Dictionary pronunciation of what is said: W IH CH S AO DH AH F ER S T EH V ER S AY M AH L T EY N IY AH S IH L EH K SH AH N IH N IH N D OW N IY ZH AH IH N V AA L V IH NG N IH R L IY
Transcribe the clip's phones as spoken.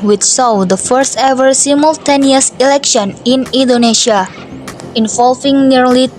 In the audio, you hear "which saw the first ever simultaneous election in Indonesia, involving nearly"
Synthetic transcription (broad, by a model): W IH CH S AO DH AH F ER S T EH V ER S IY M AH L T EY N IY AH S IH L EH K SH AH N IH N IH N D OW N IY SH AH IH N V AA L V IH NG N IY R L IY